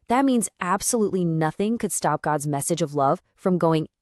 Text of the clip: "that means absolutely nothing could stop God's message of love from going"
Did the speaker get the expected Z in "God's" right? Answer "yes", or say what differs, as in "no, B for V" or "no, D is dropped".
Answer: yes